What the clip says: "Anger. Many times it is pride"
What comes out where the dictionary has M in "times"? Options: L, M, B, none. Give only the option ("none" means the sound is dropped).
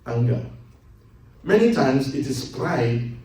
M